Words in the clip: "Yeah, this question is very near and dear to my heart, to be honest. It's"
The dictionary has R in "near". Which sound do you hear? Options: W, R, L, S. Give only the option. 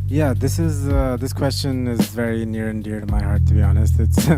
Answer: R